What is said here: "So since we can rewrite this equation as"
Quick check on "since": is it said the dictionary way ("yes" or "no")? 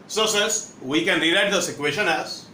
no